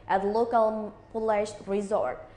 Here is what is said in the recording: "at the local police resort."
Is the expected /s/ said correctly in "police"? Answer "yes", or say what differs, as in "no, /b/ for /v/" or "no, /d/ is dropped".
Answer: no, /ʃ/ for /s/